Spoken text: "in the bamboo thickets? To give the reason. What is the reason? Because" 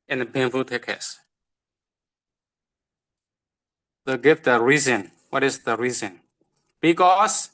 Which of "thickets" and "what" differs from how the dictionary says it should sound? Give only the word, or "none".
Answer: thickets